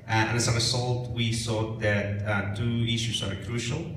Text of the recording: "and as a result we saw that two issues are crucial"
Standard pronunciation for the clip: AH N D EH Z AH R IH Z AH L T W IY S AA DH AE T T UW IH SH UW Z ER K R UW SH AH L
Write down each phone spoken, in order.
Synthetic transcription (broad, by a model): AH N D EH S AH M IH S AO L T W IY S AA DH AE T T UW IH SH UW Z ER K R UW SH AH L